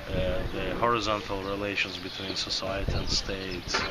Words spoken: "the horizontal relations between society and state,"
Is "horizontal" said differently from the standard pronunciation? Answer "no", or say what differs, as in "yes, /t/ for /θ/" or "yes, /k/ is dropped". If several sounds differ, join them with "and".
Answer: no